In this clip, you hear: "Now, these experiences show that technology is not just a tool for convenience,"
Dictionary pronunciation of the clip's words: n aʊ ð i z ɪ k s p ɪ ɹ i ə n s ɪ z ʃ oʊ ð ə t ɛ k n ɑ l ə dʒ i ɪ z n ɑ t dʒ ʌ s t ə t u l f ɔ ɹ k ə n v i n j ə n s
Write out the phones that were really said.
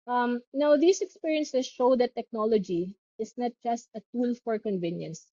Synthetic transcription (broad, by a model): n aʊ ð i s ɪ k s p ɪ ɹ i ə n s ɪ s ʃ oʊ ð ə t ɛ k n ɑ l ə dʒ i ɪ s n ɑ t dʒ ʌ s t ə t u l f ɔ ɹ k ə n v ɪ n j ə n s